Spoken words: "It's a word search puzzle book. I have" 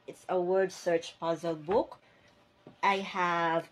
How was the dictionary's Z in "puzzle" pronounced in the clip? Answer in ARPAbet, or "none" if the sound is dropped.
Z